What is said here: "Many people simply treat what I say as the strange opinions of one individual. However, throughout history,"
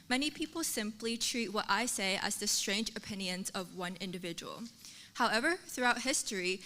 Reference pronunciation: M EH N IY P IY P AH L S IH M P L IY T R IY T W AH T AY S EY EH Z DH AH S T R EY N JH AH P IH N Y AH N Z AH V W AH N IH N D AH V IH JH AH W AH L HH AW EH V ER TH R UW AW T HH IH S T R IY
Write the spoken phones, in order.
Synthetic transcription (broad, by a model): M EH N IY P IY P L S IH M P L IY T R IY T W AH T AY S EY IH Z DH AH S T R EY N JH AH P IH N Y AH N Z AH V W AH N IH N D AH V IH JH AH W AH L HH AW EH V ER TH R UW AW T HH IH S T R IY